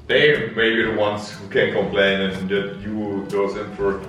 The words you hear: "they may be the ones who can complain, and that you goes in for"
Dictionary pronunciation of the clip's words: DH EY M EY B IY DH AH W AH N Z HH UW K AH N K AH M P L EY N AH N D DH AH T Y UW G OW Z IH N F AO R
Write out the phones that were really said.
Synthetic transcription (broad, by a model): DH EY M EY B IY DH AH W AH N S HH UW K AH N K AH M P L EY N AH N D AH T Y UW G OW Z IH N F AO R